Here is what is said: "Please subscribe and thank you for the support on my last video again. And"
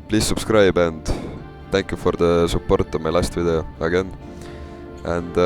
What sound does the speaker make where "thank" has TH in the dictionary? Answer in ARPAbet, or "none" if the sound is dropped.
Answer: T